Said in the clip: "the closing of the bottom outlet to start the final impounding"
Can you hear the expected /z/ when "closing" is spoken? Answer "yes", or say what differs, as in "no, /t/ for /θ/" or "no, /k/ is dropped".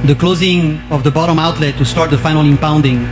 yes